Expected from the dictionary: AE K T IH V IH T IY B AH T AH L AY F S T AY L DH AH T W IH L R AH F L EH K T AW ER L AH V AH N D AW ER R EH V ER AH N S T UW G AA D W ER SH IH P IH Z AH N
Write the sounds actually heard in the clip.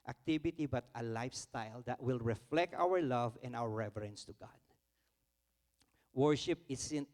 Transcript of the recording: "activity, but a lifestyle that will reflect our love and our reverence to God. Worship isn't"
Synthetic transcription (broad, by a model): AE K T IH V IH T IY B AH T AH L AY F S T AY L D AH T W IH L R AH F L EH K T AW ER L AH V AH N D AW ER R EH V ER AH N S T UW G AA D W ER SH IH P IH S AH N